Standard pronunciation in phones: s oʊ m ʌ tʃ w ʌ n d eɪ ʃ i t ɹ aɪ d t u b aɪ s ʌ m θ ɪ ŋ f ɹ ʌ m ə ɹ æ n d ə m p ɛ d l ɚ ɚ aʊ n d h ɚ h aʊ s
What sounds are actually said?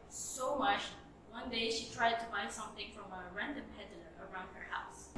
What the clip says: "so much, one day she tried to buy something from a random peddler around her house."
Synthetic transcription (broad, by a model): s oʊ m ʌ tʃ w ʌ n d eɪ ʃ i t ɹ aɪ d t u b aɪ s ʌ m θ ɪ ŋ f ɹ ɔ m ə ɹ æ n d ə m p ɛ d ɚ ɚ aʊ n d h ɚ h aʊ s